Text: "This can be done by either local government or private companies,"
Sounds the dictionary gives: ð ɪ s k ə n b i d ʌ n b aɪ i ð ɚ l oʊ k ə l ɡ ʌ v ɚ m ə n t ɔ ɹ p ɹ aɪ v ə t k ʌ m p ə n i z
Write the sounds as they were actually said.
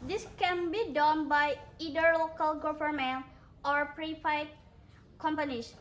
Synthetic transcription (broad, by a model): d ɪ s k ə n b i d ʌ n b aɪ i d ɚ l oʊ k ə l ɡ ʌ f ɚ m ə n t ɔ ɹ p ɹ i f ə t k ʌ m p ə n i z